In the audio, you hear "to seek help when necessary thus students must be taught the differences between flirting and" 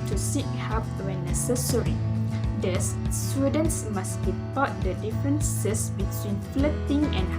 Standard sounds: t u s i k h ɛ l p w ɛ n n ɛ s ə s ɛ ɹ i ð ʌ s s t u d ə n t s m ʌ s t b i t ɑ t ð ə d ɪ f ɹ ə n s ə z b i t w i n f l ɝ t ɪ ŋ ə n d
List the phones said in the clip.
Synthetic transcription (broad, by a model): t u s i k h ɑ p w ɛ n n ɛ s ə s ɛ ɹ i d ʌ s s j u d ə n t s m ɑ s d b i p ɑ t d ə d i f ɹ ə n s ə s b i t w i n f l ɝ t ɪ ŋ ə n